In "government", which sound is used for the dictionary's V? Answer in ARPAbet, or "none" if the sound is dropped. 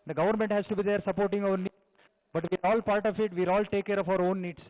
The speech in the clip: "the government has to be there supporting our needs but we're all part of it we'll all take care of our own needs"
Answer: V